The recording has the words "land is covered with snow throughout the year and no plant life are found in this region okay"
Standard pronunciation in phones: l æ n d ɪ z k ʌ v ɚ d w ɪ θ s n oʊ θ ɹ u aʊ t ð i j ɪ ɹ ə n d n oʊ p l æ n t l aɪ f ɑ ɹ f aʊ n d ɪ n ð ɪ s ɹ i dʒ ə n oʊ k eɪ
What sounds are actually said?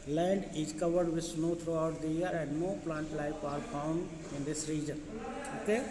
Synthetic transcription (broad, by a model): l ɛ n d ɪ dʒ k ʌ v ɚ d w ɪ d s n oʊ t ɹ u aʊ t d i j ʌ ɹ ə n d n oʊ p l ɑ n t l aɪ p ɑ ɹ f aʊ n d ɪ n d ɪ s ɹ i dʒ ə n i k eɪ